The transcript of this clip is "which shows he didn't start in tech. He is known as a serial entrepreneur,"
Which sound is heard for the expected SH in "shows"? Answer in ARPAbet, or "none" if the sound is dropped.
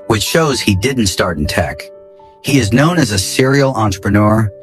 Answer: SH